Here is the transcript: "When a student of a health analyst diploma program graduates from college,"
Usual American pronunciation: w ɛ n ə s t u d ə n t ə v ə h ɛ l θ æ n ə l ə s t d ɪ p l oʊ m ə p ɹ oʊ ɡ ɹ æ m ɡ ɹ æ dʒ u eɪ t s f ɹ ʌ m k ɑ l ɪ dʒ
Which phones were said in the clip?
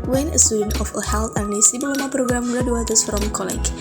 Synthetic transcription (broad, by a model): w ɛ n ə s t u d ə n t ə f ə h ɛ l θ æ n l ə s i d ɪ l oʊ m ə p ɹ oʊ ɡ ɹ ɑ m ɡ ɹ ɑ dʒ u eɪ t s f ɹ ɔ m k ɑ l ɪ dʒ